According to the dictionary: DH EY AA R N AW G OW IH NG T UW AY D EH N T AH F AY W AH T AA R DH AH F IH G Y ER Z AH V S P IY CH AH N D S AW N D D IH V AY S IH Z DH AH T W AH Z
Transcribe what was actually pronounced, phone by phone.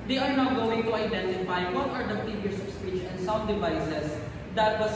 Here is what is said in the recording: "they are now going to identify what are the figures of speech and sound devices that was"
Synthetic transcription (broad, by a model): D EY AA R N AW G OW IH NG T UW AY D EH N T AH F AY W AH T AA R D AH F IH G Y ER S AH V S P IY CH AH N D S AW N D D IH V AY S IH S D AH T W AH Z